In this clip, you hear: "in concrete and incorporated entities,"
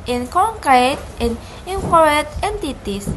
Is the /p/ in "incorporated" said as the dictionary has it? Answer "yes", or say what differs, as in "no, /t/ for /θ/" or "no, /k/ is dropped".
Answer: no, /p/ is dropped